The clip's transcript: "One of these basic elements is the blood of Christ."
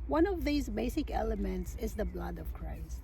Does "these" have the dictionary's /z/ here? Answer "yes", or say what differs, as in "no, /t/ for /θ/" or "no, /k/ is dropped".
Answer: yes